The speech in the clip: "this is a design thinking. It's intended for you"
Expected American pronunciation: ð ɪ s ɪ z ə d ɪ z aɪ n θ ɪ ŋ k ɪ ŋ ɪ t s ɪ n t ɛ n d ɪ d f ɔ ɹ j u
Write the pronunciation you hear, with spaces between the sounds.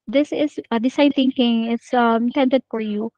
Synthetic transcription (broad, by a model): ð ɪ s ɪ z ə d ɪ s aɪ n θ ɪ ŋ k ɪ ŋ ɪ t s ɪ n t ɛ n d ɪ d f ɔ ɹ j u